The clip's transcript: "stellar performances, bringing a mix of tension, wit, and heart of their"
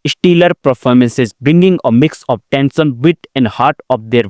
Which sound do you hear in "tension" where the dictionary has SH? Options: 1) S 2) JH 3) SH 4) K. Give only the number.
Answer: 1